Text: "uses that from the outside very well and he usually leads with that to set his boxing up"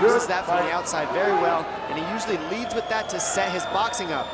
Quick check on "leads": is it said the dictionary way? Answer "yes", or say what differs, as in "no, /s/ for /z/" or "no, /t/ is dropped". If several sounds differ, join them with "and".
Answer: yes